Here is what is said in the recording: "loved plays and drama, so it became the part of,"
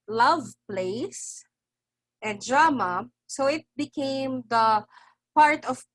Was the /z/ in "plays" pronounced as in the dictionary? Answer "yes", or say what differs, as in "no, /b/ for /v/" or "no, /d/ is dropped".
no, /s/ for /z/